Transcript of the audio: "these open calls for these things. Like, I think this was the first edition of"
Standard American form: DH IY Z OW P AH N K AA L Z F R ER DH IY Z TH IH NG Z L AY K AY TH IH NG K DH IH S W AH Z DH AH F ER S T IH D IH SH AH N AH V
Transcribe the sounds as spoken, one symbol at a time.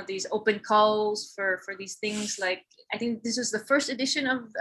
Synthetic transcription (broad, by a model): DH IY Z OW P AH N K AA L Z F R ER DH IY Z TH IH NG Z L AY K AY TH IH NG K DH IH S W AH Z DH AH F ER S T IH D IH SH AH N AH V